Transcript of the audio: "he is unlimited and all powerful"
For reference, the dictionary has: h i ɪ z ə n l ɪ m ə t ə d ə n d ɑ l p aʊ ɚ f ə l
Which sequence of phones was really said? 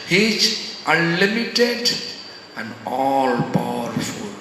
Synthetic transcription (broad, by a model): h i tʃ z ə l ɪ m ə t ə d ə n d ɑ l p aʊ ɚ f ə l